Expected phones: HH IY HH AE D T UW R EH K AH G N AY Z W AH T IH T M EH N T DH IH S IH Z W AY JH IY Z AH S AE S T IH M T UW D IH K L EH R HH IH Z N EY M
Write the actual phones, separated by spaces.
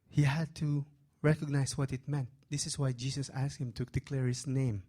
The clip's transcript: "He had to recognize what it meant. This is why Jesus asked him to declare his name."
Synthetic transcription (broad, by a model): HH IY HH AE D T UW R EH K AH G N AY S W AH T IH T M EH N T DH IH S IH S W AY JH IY S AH S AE S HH IH M T UW D IH K L EH R HH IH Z N EY M